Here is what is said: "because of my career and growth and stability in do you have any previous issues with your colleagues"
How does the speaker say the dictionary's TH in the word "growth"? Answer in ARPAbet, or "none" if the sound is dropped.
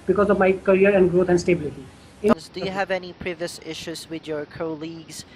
T